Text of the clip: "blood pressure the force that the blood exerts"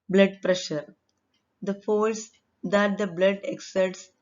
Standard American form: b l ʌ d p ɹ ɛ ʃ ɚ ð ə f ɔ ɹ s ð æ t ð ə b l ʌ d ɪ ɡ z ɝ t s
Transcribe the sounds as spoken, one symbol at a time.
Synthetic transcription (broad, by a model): b l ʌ d p ɹ ɛ ʃ ɚ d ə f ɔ l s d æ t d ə b l ʌ d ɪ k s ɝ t s